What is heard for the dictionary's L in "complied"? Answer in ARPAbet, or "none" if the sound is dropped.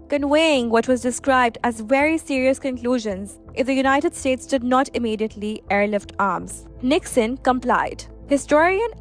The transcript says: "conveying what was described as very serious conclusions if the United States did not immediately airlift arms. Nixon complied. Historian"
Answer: L